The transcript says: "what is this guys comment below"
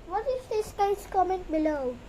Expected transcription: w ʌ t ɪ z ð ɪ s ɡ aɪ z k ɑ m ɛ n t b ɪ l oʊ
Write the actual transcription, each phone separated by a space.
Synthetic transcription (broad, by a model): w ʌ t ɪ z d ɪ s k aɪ s k ɑ m ɛ n t b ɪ l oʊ